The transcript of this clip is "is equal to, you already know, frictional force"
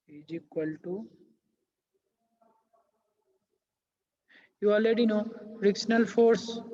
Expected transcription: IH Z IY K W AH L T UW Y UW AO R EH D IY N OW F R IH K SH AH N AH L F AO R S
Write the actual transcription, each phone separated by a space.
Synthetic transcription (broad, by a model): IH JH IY K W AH L T UW Y UW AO L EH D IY N OW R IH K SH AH N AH L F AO R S